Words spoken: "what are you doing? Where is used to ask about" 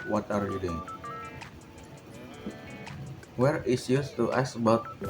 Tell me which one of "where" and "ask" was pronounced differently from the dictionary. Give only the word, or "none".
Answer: ask